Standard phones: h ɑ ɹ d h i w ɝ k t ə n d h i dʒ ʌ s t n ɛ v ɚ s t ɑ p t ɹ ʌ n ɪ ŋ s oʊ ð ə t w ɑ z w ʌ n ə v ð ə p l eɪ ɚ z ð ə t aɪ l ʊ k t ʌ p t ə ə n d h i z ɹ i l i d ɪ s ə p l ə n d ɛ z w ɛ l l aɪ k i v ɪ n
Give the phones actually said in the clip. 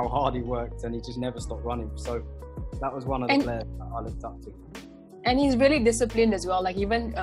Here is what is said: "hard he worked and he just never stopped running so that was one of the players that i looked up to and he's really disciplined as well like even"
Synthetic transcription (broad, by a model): h ɑ d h i w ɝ k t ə n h i dʒ ʌ s n ɛ v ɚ s t ɑ p t ɹ ʌ n ɪ ŋ s oʊ ð ə t w ɑ z w ʌ n ə v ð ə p l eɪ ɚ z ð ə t aɪ l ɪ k t ʌ p t ə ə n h i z ɹ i l i d ɪ s ə p l ə n d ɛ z w ɛ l l aɪ k i v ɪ n